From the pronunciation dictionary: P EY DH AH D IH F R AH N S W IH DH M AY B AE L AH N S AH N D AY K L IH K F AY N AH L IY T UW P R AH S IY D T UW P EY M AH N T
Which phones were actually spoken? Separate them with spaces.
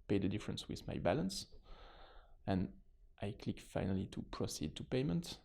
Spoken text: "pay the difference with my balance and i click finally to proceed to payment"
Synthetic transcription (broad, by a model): P EY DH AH D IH F R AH N S W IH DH M AY B AE L AH N S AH N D AY K L IH K F AY N AH L IY T UW P R AH S IY D T UW P EY M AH N T